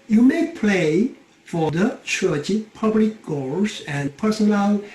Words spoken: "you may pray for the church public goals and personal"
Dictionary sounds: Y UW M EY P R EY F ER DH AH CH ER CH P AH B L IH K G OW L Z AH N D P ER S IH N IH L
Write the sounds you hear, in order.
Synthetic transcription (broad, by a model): Y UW M EY P L EY F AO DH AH CH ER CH P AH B L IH K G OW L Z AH N P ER S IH N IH L